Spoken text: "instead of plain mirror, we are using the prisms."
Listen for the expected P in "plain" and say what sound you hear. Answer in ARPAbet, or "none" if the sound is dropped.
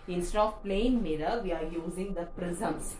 P